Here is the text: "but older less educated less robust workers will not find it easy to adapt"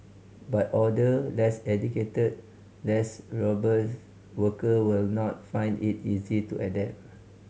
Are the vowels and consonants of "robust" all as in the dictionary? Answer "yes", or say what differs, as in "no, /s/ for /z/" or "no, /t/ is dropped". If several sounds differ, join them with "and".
no, /s/ is dropped